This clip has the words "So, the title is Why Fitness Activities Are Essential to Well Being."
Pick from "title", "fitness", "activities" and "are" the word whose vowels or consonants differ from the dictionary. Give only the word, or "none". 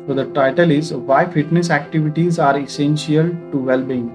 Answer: none